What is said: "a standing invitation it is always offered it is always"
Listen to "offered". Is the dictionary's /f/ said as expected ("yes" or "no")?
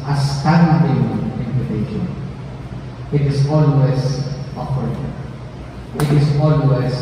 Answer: no